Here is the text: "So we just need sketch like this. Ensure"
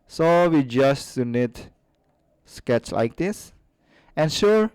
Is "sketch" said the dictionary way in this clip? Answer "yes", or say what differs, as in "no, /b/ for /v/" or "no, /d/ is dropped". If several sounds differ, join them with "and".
yes